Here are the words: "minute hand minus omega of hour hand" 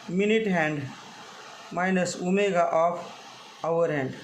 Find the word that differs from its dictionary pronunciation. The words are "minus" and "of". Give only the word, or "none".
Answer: of